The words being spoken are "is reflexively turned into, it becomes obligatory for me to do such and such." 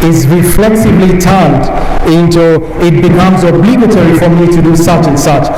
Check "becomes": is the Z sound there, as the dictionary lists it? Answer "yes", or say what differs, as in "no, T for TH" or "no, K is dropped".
yes